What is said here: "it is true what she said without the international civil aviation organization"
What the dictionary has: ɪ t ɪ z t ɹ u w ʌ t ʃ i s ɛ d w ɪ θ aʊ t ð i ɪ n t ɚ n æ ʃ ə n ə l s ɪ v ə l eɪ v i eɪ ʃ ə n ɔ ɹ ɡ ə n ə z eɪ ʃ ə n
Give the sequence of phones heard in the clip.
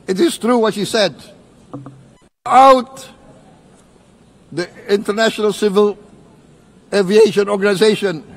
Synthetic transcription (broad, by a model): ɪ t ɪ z t ɹ u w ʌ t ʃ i s ɛ d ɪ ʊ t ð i ɪ n t ɚ n æ ʃ ə n ə l s ɪ v ə l eɪ v i eɪ ʃ ə n ɔ ɹ ɡ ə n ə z eɪ ʃ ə n